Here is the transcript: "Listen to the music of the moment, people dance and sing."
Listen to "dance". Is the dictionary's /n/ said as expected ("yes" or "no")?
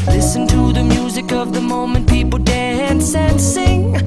yes